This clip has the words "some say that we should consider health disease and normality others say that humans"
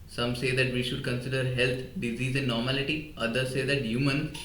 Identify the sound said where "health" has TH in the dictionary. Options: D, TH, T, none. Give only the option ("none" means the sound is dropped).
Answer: T